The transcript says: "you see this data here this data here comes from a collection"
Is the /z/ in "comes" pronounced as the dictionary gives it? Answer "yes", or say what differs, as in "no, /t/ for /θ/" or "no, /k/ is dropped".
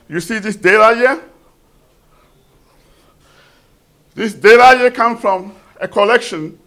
no, /z/ is dropped